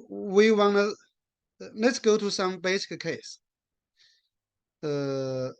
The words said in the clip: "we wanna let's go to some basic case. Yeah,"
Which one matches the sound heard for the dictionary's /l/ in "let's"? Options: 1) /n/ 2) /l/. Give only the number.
2